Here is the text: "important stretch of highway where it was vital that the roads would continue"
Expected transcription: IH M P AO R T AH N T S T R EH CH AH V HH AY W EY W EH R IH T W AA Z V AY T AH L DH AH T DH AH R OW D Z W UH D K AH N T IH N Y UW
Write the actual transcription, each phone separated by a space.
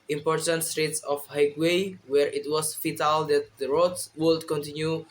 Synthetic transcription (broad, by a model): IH M P AO R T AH N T S T R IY S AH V HH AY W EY W EH R IH T W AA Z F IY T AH L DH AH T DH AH R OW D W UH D K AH N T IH N Y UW